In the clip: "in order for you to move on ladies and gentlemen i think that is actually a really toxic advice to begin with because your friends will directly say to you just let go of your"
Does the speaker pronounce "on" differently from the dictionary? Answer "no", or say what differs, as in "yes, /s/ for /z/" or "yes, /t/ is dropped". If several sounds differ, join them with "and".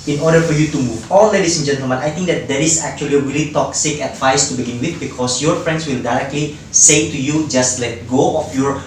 yes, /l/ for /n/